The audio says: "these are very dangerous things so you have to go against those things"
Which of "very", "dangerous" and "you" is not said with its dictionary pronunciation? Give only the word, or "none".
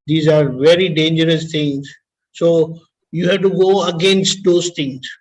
none